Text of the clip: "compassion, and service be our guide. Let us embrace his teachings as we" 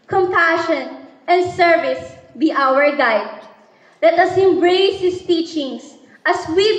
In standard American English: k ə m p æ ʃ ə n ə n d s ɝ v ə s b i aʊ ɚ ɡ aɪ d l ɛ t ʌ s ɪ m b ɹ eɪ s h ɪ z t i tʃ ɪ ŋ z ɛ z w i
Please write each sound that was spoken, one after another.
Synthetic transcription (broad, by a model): k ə m p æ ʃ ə n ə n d s ɝ v ə s b i aʊ ɚ ɡ aɪ d l ɛ t ʌ s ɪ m b ɹ eɪ s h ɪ s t i tʃ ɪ ŋ s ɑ s w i